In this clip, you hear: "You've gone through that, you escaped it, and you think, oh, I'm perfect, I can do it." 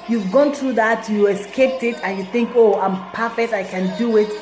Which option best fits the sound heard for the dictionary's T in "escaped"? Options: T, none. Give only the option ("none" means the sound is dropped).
T